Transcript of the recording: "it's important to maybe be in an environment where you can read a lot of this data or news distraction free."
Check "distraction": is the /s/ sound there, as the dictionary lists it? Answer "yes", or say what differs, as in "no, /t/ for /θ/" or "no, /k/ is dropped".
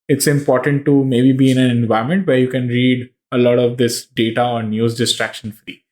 yes